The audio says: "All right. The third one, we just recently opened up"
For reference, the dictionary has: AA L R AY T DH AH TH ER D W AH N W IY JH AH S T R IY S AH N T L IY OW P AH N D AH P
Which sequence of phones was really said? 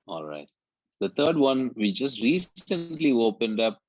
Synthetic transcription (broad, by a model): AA L R AY T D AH T ER D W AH N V IY JH AH S T R IY S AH N T L IY OW P AH N D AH P